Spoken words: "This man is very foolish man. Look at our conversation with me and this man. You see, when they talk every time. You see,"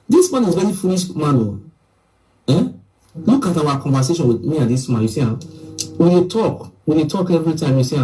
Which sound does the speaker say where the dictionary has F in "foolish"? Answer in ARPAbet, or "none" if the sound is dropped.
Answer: F